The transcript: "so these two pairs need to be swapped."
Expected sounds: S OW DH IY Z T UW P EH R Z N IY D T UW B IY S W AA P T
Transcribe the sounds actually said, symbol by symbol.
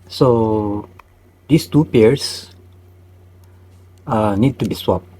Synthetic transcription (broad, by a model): S OW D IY S T UW P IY R S N IY D T UW B IY S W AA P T